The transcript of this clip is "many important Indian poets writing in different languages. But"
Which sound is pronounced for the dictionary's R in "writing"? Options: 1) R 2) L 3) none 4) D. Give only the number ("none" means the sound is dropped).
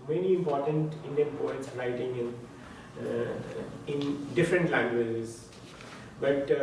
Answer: 2